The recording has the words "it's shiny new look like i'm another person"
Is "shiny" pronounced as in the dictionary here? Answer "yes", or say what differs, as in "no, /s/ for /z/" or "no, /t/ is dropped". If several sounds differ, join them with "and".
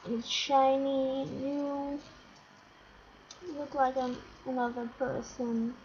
yes